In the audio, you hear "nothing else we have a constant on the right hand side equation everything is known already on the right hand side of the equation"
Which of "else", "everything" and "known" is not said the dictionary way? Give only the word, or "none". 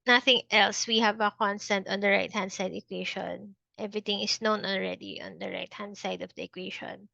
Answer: everything